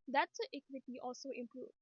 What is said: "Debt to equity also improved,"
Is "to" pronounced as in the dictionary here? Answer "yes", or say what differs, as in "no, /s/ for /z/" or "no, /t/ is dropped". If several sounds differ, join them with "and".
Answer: no, /s/ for /t/